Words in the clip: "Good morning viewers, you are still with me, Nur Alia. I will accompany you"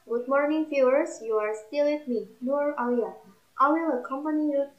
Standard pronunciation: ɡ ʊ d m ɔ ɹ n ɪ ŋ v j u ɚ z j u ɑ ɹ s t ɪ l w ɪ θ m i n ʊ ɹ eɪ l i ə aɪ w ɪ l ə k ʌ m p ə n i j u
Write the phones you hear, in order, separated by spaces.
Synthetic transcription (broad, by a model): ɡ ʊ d m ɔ ɹ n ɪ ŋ f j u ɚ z j u ɑ ɹ s t ɪ l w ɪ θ m i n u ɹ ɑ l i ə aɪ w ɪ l ə k ʌ m p ə n i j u